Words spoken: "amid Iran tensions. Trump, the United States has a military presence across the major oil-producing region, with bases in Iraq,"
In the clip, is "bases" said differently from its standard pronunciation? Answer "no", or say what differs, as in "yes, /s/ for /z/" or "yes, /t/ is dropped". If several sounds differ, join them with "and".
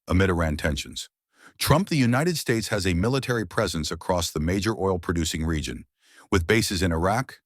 no